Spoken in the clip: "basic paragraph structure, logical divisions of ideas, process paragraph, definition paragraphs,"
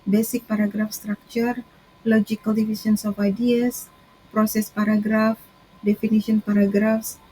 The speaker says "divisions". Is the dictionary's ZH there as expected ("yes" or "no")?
no